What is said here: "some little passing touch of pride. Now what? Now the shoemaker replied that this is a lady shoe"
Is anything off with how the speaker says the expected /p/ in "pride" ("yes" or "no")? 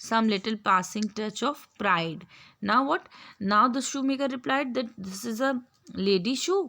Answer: no